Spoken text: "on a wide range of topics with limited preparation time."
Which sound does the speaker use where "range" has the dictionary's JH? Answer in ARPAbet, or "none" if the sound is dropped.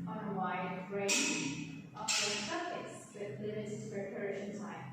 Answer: none